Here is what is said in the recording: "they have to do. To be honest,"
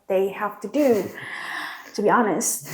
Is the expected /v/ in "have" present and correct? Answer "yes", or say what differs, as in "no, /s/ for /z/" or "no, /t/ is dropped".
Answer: no, /f/ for /v/